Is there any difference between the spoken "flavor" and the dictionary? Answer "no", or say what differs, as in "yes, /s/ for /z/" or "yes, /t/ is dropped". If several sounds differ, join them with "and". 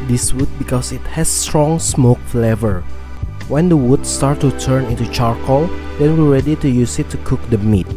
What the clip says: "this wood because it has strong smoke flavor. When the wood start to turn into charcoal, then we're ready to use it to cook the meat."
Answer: no